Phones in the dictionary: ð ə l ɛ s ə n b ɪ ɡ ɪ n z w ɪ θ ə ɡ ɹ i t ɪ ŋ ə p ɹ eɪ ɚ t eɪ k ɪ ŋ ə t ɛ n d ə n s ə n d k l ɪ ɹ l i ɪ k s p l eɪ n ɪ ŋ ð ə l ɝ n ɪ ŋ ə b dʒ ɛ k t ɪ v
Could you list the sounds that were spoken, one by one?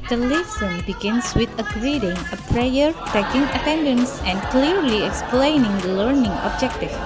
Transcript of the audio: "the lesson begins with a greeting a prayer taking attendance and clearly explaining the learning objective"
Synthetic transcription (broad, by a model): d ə l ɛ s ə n b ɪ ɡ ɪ n s w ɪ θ ə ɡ ɹ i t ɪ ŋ ə p ɹ eɪ ɚ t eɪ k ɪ ŋ ə t ɛ n d ə n s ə n k l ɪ ɹ l i ɪ k s p l eɪ n ɪ ŋ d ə l ɝ n ɪ ŋ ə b dʒ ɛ k t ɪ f